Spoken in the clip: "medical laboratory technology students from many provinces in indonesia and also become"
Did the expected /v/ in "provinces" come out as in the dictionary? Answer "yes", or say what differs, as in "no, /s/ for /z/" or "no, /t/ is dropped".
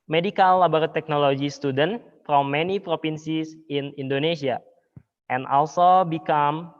no, /f/ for /v/